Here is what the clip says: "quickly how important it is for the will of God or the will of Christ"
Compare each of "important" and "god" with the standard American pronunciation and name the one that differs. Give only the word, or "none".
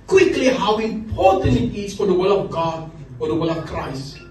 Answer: important